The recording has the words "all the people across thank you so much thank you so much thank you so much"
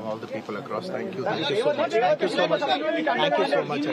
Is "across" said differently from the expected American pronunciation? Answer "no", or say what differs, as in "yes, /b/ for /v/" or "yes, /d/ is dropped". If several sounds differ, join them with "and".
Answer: no